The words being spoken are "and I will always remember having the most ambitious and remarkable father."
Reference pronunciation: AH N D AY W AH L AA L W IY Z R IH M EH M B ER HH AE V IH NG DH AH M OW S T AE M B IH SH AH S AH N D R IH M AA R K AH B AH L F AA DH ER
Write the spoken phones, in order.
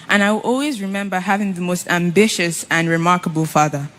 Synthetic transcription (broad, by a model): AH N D AY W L AA L W IY Z R IH M EH M B ER HH AE V IH NG DH AH M OW S T AE M B IH SH AH S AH N R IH M AA R K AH B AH L F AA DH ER